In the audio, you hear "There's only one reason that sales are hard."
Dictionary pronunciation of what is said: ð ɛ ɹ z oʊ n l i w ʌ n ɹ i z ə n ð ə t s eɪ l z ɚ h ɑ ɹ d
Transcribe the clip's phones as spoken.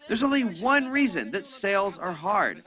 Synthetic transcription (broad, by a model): ð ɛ ɹ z oʊ n l i w ʌ n ɹ i z ə n ð ə t s eɪ l z ɚ h ɑ ɹ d